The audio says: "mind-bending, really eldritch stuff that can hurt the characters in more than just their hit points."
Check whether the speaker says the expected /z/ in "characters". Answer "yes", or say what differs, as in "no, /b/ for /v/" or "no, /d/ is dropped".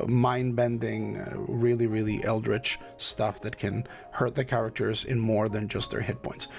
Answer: yes